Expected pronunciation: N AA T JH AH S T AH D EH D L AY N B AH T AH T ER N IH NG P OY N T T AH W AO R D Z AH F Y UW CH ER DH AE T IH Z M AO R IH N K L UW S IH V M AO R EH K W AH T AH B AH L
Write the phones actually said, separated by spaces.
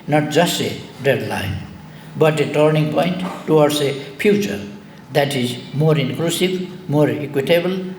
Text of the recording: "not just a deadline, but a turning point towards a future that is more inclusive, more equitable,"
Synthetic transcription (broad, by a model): N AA T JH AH S T AH D EH D L AY N B AH T AH T ER N IH NG P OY N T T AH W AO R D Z AH P Y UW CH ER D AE T IH Z M AO R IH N K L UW S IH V M AO R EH K W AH T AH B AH L